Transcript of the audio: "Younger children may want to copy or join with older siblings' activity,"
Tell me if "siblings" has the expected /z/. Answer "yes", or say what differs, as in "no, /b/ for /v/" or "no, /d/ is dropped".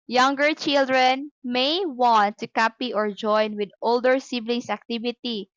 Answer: no, /s/ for /z/